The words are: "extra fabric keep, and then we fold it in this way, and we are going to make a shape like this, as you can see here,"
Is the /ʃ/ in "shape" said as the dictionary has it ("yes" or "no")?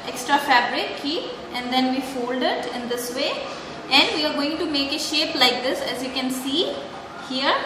yes